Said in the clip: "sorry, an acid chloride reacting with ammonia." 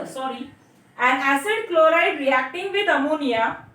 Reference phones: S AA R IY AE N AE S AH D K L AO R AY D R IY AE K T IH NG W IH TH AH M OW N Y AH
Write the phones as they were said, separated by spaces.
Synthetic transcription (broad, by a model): S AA R IY AE N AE S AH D K L AO R AY D R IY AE K T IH NG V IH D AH M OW N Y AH